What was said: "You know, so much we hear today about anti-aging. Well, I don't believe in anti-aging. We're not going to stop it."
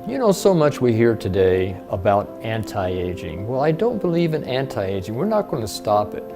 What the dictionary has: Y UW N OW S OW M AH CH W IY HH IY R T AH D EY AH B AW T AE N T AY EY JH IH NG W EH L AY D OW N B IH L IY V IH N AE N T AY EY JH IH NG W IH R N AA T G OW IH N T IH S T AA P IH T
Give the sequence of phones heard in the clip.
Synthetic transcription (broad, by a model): Y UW N OW S OW M AH CH W IY HH IY R T AH D EY AH B AW T AE N T AY EY JH IH NG W EH L AY D OW N B IH L IY V IH N AE N T AY EY JH IH NG W IH R N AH T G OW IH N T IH S T AA P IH T